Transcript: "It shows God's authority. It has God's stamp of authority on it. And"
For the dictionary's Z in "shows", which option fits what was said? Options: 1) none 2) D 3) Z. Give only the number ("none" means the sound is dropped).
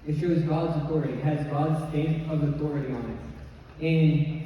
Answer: 3